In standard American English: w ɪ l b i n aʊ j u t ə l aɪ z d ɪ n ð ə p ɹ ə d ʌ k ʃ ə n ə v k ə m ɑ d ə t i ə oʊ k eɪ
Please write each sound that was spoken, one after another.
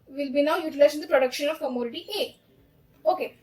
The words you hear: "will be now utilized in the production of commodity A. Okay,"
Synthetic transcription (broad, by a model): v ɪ l b i n aʊ j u t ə l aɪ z ɪ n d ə p ɹ ə d ʌ k ʃ ə n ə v k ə m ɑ d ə t i ə oʊ k eɪ